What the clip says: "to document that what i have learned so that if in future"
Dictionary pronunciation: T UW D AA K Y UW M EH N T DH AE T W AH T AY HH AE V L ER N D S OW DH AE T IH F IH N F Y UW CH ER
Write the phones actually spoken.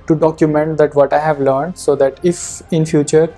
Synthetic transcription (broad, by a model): T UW D AA K Y UW M EH N T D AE T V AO T AY HH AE V L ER N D S OW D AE T IH F IH N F Y UW CH ER